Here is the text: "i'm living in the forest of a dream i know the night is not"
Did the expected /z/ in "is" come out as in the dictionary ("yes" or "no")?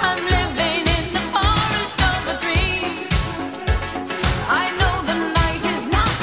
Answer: yes